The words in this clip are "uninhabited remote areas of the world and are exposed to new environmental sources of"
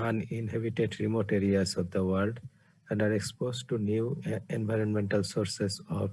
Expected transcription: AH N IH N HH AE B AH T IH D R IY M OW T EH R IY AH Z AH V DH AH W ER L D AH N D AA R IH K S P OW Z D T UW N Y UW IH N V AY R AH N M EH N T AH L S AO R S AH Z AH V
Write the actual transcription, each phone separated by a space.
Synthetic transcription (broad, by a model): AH N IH N HH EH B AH T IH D R IY M OW T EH R IY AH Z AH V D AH W ER L D AH N D AA R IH K S P OW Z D T UW N Y UW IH N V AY R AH N M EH N T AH L S AO R S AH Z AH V